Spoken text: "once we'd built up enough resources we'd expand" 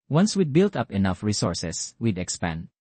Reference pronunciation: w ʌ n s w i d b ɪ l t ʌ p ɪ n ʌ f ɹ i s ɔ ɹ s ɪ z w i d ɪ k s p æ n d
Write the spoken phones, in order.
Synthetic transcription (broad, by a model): w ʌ n s w i d b ɪ l t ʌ p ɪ n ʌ f ɹ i s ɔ ɹ s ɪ s w i d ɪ k s p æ n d